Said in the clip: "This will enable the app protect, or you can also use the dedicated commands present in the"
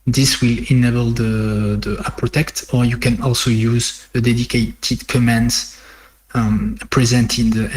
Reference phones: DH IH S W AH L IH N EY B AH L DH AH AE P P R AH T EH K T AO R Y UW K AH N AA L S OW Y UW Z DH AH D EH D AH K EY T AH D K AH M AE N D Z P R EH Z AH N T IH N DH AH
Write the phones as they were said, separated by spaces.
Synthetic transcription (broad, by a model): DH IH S W AH L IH N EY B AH L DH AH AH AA P R AH T EH K T AO R Y UW K AH N AA L S OW Y UW Z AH D EH D AH K EY T AH D K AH M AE N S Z P R EH Z AH N T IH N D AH